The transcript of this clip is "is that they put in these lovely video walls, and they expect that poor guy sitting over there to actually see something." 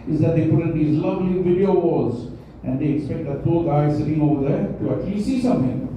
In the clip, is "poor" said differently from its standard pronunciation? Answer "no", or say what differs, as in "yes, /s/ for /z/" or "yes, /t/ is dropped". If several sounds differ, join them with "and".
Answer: yes, /l/ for /ɹ/